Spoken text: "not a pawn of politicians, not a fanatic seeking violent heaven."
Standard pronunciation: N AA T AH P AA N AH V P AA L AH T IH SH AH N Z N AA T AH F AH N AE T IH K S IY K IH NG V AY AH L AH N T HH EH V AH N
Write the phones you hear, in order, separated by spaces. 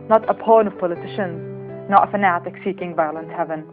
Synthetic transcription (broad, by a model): N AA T AH P AA N AH V P AA L AH T IH SH AH N Z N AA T AH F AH N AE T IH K S IY K IH NG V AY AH L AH N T HH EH V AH N